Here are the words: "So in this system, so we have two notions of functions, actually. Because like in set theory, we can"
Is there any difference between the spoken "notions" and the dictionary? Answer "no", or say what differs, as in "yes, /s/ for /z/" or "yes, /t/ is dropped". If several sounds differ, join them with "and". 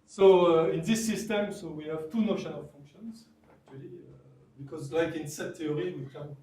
yes, /z/ is dropped